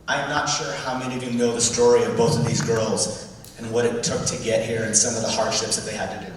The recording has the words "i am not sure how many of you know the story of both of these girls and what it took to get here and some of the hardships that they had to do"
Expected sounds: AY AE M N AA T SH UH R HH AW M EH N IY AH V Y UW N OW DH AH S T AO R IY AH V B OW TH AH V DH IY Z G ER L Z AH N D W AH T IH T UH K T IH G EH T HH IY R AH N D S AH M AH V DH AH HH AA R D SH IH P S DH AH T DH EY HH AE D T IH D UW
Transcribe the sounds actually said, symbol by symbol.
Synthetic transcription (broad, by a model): AY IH M N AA T SH UH R HH AW M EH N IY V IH N OW DH AH S T AO R IY AH V B OW TH AH V DH IY Z G ER L Z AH N W AH T IH T UH K T IH G EH T HH IY R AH N S AH M AH V DH AH HH AA R D SH IH P S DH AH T DH EY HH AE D T IH D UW